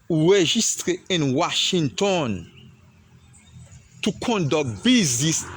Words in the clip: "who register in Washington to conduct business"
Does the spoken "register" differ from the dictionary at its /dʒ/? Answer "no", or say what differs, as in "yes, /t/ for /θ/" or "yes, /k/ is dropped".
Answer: yes, /ʒ/ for /dʒ/